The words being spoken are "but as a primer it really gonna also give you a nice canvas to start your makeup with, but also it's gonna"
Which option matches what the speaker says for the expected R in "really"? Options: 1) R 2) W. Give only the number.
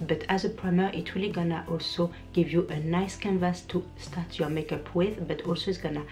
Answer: 2